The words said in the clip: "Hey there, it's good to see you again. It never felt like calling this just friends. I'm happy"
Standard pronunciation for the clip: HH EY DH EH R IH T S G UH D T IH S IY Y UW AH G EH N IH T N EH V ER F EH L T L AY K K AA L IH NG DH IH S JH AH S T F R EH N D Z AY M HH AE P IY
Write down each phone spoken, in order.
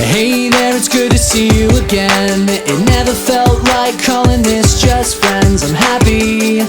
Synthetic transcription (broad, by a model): HH EY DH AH R IH T S G UH D T IH S IY Y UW AH G EH N IH T N EH V ER F EH L T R AY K K AA L IH NG DH IH S JH AH S T F R EH N D Z AY M HH AE P IY